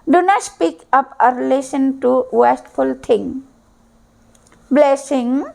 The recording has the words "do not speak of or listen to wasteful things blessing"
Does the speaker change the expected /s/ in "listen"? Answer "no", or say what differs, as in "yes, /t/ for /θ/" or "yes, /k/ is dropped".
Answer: yes, /ʃ/ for /s/